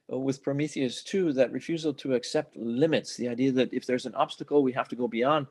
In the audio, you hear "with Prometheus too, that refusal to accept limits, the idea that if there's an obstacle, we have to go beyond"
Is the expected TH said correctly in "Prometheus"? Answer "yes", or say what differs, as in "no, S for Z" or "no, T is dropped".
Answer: yes